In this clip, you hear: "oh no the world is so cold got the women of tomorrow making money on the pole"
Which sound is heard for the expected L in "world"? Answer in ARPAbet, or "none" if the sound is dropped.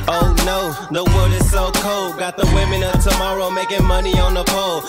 none